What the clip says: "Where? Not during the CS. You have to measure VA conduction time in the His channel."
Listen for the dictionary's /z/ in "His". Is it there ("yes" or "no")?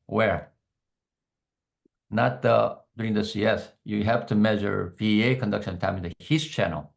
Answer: no